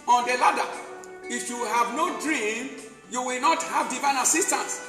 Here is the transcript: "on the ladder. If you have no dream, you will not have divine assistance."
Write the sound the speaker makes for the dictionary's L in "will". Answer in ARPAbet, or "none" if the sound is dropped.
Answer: L